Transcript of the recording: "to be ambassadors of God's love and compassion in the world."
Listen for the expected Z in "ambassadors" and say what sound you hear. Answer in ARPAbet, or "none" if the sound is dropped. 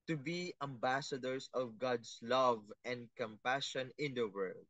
S